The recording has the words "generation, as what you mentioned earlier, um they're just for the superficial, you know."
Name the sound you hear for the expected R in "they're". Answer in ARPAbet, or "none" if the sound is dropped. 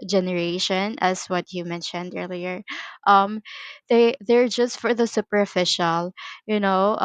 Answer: R